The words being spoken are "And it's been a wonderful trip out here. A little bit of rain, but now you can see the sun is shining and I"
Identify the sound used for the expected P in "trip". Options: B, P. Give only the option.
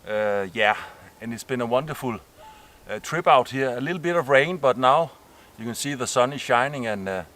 B